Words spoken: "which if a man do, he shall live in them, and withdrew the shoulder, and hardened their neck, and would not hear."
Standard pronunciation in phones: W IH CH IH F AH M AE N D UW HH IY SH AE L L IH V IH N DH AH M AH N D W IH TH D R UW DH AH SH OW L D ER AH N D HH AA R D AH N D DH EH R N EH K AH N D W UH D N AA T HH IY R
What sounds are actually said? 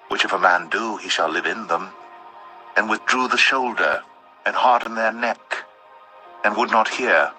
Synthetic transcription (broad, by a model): W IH CH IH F AH M AE N D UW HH IY SH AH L L IH V IH N DH AH M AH N W IH TH D R UW DH AH SH OW L D ER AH N HH AA R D N DH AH R N EH K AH N W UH D N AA T HH IY R